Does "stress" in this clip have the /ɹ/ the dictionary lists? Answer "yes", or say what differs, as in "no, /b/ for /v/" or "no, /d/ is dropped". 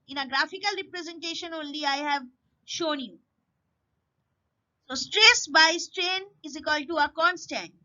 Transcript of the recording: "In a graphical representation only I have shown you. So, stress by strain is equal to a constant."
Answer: yes